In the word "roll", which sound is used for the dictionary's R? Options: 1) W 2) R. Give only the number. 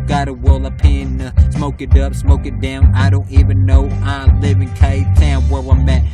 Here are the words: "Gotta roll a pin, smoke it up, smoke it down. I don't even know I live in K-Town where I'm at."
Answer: 1